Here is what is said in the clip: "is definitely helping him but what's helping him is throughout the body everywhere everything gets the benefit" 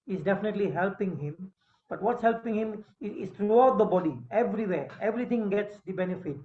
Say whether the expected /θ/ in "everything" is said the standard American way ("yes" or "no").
no